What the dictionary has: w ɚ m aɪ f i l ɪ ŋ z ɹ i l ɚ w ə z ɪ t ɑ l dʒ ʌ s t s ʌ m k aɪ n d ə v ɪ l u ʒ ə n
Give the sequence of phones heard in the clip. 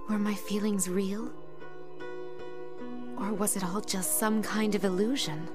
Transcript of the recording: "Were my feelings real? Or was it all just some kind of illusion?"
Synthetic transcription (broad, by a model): w ɚ m aɪ f i l ɪ ŋ z ɹ i l ɚ w ə z ɪ t ɑ l dʒ ʌ s t s ʌ m k aɪ n d ə v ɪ l u ʒ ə n